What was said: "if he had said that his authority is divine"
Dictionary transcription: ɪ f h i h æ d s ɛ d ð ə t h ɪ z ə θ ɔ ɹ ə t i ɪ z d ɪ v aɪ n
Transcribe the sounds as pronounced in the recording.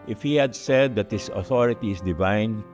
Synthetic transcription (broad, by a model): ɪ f h i h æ d s ɛ d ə t h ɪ s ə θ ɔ ɹ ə t i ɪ s d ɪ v aɪ n